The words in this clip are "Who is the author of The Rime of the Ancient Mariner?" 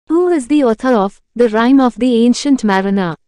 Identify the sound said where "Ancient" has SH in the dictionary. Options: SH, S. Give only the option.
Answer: SH